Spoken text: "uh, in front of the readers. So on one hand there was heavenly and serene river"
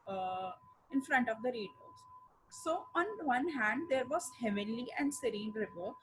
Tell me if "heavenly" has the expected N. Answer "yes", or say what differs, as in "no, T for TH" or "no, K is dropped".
no, N is dropped